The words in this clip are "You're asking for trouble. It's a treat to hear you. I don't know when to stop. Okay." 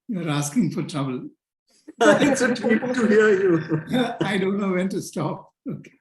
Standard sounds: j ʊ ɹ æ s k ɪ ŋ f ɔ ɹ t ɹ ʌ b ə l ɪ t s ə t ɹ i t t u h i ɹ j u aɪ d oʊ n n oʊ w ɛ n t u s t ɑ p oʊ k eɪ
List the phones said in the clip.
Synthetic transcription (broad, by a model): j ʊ ɹ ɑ s k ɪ ŋ f ɔ ɹ t ɹ ʌ b ə l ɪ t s ə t i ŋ t u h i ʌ j u aɪ d oʊ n n oʊ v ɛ n t u s t ɑ p oʊ k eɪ